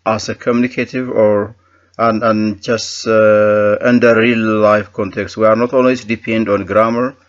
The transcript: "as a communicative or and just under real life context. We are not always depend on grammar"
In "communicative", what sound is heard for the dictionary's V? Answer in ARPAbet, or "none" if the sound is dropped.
V